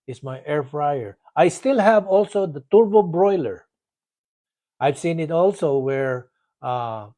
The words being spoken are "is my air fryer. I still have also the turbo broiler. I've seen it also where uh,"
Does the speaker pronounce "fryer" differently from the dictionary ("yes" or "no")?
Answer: no